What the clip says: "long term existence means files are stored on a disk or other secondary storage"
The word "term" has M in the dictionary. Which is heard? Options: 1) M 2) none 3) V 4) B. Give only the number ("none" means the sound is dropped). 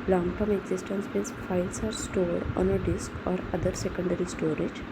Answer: 1